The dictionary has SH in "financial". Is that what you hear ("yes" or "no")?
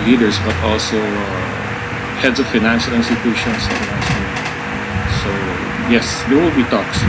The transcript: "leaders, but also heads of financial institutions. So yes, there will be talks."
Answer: yes